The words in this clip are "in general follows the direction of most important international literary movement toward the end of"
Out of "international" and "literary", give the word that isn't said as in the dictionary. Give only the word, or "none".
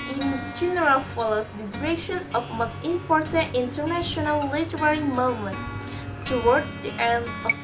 none